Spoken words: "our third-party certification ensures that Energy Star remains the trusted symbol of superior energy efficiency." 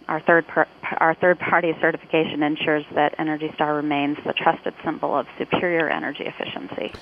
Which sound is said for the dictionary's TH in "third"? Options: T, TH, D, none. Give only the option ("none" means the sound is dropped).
TH